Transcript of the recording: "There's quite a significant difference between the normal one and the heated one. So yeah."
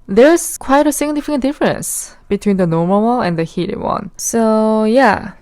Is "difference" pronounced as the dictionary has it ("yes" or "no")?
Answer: yes